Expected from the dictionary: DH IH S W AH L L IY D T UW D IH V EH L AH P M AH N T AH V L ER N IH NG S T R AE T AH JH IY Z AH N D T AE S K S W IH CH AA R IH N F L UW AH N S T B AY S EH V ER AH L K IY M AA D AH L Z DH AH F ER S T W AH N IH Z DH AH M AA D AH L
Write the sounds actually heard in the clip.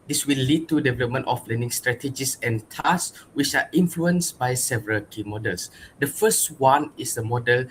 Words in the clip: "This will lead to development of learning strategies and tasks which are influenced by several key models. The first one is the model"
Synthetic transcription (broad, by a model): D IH S W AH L L IY D T UW D IH V EH L AH P M AH N T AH F L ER N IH NG S T R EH T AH JH IY S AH N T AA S S W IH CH AA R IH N F L UW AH N S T B AY S EH V ER AH L K IY M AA D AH L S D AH F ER S T W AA N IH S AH M AA D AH L